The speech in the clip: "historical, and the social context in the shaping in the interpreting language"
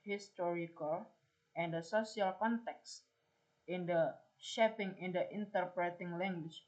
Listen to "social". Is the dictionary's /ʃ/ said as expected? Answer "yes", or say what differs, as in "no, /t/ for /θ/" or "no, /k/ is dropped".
no, /s/ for /ʃ/